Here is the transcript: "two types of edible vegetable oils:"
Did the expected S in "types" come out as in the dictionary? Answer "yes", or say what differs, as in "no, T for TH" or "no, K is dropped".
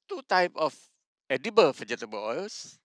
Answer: no, S is dropped